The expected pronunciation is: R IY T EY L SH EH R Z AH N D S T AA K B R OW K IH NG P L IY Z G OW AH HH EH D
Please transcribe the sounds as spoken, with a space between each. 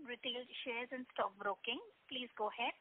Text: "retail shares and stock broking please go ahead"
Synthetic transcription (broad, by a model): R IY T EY L SH EH R Z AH N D S T AA K B R OW K IH NG P L IY Z G OW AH HH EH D